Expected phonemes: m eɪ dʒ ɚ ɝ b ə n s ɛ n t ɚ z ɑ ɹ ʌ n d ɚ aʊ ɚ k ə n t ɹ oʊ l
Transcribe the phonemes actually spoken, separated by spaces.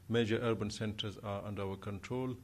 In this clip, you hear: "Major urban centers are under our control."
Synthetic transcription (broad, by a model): m eɪ dʒ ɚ ɝ b ə n s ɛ n t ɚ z ɑ ɹ ʌ n d ɚ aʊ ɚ k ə n t ɹ oʊ l